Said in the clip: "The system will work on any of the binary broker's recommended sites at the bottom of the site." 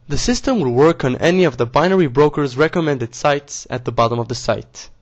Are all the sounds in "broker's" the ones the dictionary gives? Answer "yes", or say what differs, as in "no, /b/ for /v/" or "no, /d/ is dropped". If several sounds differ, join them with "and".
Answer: yes